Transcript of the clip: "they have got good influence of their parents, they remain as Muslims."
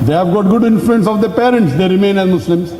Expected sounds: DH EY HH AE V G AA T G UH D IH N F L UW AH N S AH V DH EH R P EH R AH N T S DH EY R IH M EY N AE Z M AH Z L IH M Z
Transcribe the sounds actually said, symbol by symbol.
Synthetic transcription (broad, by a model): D EY HH AE V G AA T G UH D IH N F L UW AH N S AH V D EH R P EH R AH N T S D EY R IH M EY N AE Z M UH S L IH M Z